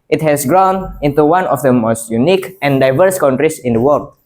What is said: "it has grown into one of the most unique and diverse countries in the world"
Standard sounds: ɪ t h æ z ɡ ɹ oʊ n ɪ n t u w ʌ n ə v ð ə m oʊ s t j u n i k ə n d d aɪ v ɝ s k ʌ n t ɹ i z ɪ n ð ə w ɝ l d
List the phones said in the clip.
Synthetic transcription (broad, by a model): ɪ t h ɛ s ɡ ɹ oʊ n ɪ n t u w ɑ n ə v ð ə m oʊ s t j u n i k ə n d d aɪ v ɝ s k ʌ n t ɹ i s ɪ n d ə w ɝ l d